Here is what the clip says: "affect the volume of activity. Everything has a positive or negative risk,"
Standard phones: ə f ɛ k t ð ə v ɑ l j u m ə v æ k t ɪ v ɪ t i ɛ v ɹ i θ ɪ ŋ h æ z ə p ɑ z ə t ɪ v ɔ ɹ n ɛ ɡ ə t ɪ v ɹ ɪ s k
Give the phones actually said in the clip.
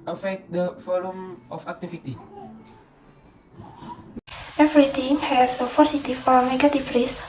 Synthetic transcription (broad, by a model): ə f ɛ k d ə f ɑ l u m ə f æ k t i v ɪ t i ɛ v ɹ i t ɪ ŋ h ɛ s ə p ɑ s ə t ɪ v ɔ ɹ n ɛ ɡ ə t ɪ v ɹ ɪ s